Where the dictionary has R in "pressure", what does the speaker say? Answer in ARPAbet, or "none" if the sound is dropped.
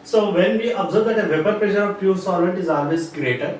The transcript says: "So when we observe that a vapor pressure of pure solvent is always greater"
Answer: L